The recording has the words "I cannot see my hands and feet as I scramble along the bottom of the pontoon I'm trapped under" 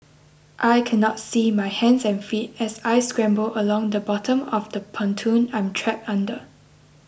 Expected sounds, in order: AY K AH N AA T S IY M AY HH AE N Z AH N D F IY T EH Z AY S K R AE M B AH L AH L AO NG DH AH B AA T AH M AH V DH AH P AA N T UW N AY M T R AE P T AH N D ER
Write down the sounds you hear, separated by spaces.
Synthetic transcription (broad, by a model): AY K AH N AA T S IY M AY HH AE N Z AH N F IY T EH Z AY S K R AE M B AH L AH L AO NG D AH B AA T AH M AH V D AH P AA N T UW N AY M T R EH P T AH N D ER